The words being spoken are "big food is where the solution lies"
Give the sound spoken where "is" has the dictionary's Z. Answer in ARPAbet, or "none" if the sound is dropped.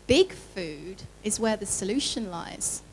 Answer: Z